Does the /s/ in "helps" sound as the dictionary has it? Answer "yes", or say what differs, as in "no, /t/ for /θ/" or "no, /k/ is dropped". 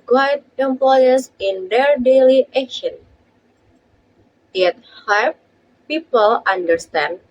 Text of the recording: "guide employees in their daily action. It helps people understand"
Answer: no, /s/ is dropped